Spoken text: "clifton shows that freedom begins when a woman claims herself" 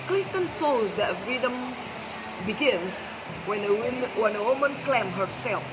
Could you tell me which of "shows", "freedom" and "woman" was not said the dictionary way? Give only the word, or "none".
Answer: shows